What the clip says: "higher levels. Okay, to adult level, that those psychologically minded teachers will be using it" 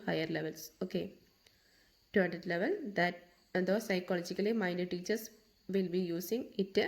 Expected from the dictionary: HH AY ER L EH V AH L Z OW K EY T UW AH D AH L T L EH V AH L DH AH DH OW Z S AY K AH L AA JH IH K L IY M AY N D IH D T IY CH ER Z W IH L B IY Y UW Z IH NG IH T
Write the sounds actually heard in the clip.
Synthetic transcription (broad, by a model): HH AY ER L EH V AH L S OW K EY T UW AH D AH T L EH V AH L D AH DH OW S AY K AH L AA JH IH K L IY M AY N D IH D T IY CH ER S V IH L B IY Y UW S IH NG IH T